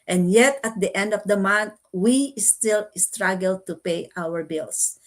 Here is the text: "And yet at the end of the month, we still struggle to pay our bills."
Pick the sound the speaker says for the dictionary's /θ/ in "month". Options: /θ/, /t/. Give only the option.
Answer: /t/